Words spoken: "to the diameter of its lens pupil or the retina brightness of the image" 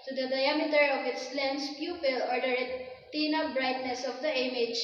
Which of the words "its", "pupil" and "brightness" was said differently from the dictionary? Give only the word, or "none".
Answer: none